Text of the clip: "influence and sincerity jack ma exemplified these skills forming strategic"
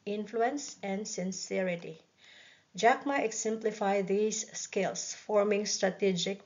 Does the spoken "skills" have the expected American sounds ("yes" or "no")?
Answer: no